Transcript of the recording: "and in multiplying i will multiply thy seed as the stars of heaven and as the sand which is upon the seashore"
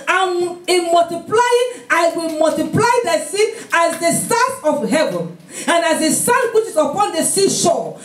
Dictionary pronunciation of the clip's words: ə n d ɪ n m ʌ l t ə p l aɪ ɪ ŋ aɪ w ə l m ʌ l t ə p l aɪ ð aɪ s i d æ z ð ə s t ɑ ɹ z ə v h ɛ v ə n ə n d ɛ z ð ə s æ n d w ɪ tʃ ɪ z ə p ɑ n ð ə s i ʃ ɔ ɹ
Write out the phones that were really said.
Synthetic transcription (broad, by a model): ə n ɪ n m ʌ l t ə p l aɪ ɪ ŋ aɪ w ə l m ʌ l t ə p l aɪ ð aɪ s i æ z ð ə s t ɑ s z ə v h ɛ v ə n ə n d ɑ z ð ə s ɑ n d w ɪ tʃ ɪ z ə p ɑ n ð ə s i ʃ ɔ